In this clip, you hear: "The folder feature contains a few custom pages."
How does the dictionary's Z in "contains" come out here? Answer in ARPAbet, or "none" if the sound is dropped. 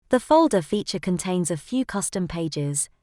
Z